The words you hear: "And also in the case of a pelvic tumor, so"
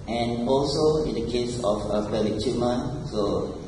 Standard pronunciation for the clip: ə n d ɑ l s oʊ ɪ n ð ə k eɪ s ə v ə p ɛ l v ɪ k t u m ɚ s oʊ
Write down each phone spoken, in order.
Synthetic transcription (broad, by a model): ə n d ɑ l s oʊ ɪ n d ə k eɪ s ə f ə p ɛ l ɪ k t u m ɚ s oʊ